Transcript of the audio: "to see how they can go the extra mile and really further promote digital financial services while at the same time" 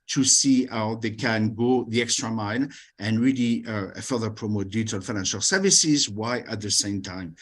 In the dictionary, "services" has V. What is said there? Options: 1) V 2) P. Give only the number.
1